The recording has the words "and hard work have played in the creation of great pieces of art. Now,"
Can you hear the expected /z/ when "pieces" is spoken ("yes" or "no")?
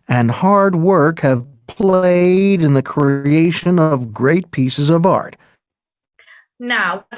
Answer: yes